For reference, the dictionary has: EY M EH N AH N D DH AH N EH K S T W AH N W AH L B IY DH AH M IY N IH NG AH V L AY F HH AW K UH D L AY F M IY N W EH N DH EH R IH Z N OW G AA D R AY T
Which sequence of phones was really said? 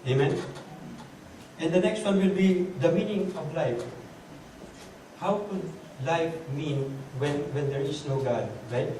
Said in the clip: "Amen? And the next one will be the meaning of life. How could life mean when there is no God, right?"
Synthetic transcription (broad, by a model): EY M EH N AH N D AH N EH K S T W AH N W AH L B IY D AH M IY N IH NG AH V L AY F HH AW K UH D L AY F M IY N W EH N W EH R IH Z N OW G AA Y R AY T